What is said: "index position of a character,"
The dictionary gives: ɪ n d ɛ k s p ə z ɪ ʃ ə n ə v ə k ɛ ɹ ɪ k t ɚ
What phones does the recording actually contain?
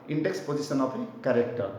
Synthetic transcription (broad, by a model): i n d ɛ k s p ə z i s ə n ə p ə k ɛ ɹ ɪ k t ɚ